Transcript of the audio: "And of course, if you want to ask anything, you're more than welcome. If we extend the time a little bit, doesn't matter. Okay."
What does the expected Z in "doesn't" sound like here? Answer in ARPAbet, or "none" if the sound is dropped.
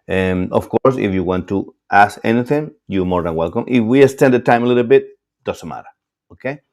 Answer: S